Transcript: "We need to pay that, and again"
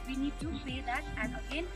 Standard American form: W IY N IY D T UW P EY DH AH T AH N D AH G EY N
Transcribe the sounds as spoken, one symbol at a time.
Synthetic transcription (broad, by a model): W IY N IY D T UW F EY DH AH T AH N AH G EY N